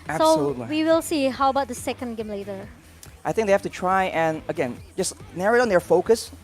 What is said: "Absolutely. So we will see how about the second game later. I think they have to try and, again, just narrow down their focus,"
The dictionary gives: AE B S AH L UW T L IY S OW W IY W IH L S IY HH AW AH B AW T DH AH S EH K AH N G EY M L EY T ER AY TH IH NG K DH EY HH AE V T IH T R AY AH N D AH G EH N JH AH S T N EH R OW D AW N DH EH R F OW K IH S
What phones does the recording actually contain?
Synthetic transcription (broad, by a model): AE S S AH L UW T L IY W IY W IH L S IY HH AW AH B AW T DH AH S EH K AH N G EY M L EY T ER AY TH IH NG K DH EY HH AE F T IH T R AY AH N AH G EH N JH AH S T N EH R OW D N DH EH R F OW K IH S